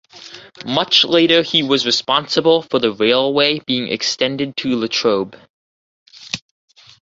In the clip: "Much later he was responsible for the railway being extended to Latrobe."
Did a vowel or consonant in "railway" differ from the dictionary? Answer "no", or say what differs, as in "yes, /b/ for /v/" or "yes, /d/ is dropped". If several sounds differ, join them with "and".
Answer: no